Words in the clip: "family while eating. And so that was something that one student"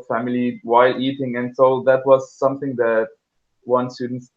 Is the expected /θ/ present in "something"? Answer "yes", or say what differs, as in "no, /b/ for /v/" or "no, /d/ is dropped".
yes